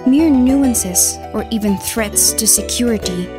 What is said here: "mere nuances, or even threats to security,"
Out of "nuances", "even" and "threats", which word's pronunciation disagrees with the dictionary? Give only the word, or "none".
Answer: none